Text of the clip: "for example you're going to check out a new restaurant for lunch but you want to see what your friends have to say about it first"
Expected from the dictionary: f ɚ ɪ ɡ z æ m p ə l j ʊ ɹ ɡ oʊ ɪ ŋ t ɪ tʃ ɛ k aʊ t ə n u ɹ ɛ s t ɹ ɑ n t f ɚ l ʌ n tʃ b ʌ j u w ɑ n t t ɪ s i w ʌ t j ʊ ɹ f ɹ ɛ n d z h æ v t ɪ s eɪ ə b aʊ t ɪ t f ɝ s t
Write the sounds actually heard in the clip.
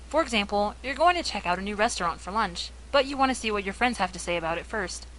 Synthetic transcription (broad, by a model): f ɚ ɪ ɡ z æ m p l j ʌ ɹ ɡ oʊ ɪ ŋ t ɪ tʃ ɛ k aʊ t ə n u ɹ ɛ s t ɹ ɑ n t f ɚ l ʌ n tʃ b ʌ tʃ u w ɑ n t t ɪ s i w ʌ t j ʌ ɹ f ɹ ɛ n d z h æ f t ɪ s eɪ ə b aʊ t ɪ t f ɝ s t